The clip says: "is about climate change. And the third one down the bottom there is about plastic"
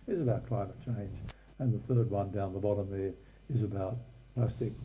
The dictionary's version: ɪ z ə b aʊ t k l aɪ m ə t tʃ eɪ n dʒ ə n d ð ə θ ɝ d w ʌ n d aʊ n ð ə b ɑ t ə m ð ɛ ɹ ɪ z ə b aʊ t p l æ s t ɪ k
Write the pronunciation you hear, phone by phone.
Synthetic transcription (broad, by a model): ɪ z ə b aʊ t k l aɪ m ə t tʃ eɪ n dʒ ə n ð ə θ ɝ d w ʌ n d aʊ n ð ə b ɑ t ə m ð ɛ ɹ ɪ z ə b aʊ t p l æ s t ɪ k